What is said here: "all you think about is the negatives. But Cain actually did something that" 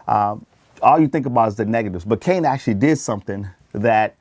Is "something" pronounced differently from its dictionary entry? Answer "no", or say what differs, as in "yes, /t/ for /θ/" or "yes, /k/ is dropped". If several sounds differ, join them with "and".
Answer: no